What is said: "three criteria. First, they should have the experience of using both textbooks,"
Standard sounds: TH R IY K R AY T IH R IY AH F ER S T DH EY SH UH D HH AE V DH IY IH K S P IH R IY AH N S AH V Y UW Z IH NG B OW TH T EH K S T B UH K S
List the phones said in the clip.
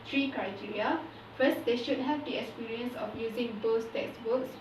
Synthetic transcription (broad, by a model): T R IY K R AY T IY R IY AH F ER S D EY SH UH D HH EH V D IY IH K S P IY R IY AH N S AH F Y UW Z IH NG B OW S T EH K S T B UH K S